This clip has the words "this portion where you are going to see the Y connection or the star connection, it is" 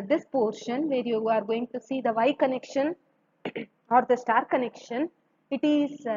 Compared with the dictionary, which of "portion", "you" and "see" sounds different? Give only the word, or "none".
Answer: none